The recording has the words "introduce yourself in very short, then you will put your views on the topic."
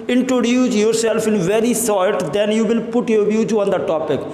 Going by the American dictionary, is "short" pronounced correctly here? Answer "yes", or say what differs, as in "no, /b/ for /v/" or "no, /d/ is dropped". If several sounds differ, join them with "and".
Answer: no, /s/ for /ʃ/